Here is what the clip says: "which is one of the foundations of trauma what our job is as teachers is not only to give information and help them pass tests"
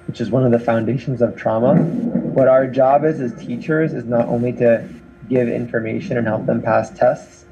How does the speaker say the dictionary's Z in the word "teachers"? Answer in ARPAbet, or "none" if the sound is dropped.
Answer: Z